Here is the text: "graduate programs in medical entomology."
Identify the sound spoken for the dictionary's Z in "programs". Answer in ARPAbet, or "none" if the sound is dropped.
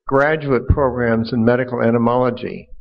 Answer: Z